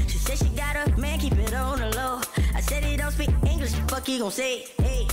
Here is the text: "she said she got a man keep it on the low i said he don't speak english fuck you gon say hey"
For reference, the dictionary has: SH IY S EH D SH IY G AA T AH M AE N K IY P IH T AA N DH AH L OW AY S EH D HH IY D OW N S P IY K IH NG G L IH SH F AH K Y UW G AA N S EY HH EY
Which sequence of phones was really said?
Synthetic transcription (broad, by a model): SH IY S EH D SH IY G AA T AH M AE N K IY P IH T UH N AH L OW AY S EH D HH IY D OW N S B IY IH NG G L IH SH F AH K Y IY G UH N S EY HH EY